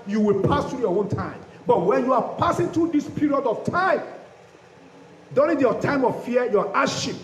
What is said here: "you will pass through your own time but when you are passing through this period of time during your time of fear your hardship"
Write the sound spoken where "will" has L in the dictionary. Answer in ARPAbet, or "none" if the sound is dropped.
L